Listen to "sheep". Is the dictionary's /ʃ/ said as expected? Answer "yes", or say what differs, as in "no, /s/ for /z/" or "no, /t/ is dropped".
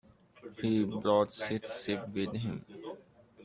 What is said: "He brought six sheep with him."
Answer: no, /s/ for /ʃ/